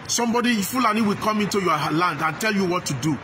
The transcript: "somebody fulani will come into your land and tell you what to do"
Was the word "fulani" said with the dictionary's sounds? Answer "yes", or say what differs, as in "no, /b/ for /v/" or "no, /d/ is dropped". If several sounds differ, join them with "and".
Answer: yes